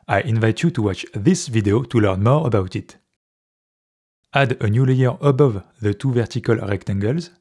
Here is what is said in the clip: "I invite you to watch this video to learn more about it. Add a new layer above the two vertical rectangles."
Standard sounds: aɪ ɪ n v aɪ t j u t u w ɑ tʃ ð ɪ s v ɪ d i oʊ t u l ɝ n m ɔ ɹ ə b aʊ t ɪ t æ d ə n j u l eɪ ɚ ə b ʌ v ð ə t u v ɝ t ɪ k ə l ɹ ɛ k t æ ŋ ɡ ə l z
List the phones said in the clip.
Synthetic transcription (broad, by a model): aɪ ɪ n v aɪ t j u t u w ɑ tʃ ð ɪ s v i d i oʊ t u l ɝ n m ɔ ɹ ə b aʊ t ɪ t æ d ə n j u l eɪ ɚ ə b ʌ v ð ə t u v ɝ t ɪ k ə l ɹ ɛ k t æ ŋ ɡ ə l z